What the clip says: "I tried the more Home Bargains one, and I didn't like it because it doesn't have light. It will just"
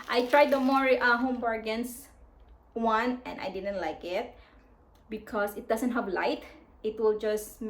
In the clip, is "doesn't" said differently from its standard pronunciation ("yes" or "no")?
yes